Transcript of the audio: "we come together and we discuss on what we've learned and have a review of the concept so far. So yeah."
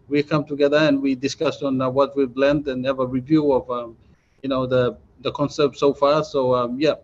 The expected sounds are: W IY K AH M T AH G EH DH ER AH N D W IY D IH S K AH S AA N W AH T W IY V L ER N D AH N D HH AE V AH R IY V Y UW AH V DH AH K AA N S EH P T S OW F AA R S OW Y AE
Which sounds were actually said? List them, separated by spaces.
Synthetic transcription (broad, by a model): W IY K AH M T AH G EH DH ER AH N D W IY D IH S K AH S AA N W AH T W IY B L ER N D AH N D HH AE V AH R IY V Y UW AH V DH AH K AA N S EH P T S OW F AA R S OW Y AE